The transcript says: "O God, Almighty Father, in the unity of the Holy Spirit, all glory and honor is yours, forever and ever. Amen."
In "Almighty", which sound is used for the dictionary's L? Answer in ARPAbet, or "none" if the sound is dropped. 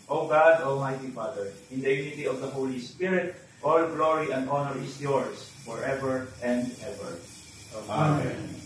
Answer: L